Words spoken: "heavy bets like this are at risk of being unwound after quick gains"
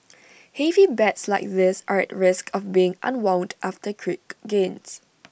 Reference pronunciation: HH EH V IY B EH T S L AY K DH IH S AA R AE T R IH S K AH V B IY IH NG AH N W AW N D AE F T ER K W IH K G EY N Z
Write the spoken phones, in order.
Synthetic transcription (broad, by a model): HH EH V IY B EH T S L AY K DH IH S AA R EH T R IH S K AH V B IY IH NG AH N W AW N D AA F T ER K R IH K G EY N S